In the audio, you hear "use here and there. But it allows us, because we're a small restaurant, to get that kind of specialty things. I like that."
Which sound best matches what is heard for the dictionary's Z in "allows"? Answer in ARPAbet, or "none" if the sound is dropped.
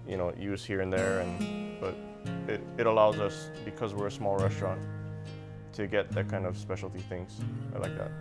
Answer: Z